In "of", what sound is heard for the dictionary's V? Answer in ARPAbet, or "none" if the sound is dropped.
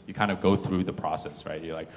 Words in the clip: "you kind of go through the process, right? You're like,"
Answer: V